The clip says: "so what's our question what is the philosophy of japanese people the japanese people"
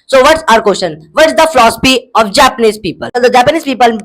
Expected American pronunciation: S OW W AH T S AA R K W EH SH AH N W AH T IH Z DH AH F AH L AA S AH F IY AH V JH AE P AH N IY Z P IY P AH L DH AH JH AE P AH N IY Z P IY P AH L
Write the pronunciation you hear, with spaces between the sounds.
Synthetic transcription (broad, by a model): S OW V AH T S AA R K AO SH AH N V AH T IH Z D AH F L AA S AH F IY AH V JH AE P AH N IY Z P IY P AH L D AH JH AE P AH N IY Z P IY P AH L